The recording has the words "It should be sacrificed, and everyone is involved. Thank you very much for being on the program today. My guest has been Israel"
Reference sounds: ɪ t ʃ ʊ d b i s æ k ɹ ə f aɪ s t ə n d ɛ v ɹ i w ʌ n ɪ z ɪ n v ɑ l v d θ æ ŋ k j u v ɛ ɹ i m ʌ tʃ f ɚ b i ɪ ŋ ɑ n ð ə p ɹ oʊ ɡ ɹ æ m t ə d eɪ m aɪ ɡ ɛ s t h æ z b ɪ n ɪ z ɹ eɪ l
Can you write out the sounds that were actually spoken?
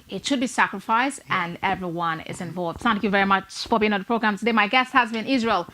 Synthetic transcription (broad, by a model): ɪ t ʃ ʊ d b i s æ k ɹ ə f aɪ s t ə n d ɛ v ɹ i w ʌ n ɪ z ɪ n v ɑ l v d θ æ ŋ k j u v ɛ ɹ i m ʌ tʃ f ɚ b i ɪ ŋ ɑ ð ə p ɹ oʊ ɡ ɹ æ m t ə d eɪ m aɪ ɡ ɛ s t h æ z b ɪ n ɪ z ɹ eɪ l